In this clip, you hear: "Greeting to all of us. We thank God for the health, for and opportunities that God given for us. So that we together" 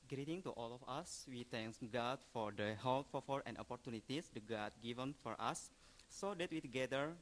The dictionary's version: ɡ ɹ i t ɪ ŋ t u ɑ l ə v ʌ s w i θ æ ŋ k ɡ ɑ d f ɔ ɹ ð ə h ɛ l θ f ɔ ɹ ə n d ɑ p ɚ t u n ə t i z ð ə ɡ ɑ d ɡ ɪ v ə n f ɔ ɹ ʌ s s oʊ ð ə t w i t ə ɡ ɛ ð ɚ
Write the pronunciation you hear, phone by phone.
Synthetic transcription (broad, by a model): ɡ ɹ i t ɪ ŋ t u ɑ l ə f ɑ s w i t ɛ ŋ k ɡ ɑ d f ɔ ɹ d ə h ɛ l f f ɔ ɹ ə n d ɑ p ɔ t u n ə t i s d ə ɡ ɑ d ɡ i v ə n f ɔ ɹ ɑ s s oʊ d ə t w i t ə ɡ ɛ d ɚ